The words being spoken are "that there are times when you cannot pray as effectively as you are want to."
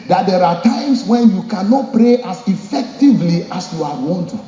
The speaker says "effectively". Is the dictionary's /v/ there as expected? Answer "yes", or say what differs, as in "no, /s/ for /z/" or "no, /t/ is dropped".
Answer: yes